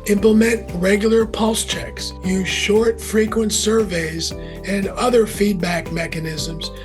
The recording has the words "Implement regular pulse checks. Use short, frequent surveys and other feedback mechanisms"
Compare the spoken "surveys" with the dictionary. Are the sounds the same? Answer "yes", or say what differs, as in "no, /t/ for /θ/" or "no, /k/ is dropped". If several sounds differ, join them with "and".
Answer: yes